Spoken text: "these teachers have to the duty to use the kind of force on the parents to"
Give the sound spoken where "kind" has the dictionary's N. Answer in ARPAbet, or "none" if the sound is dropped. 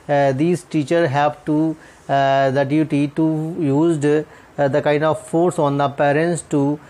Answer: N